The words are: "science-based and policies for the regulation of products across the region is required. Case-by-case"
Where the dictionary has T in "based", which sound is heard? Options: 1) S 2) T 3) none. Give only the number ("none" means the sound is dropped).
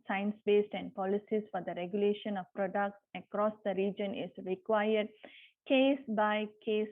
2